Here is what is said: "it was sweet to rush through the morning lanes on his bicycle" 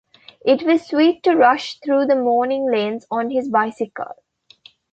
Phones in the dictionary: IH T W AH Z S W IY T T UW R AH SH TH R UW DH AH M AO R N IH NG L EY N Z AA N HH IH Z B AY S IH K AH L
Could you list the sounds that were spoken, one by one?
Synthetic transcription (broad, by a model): IH T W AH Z S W IY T T UW R AH SH T R UW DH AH M AO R N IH NG L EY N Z AA N HH IH Z B AY S IH K AH L